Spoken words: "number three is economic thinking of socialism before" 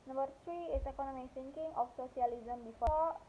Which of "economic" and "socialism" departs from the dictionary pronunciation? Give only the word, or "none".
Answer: socialism